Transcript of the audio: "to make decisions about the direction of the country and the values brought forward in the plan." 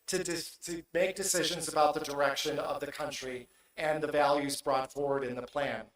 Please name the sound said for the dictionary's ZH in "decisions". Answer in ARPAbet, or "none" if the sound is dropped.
ZH